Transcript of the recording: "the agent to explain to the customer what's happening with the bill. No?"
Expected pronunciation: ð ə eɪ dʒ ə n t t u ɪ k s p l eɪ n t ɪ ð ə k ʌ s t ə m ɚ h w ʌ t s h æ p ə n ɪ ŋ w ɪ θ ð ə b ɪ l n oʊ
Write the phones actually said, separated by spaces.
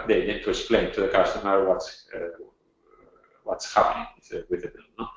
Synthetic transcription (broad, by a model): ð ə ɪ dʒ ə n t t u ɪ k s p l eɪ n t ɪ ð ə k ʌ s t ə m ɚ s w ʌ t s h æ p ə n ɪ ŋ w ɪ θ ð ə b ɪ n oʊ